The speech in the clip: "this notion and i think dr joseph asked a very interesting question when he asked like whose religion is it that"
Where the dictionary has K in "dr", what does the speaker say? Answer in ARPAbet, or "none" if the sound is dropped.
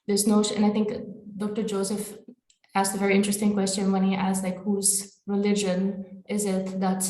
K